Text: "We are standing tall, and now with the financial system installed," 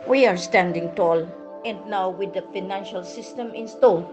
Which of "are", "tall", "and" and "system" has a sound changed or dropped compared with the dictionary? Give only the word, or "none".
none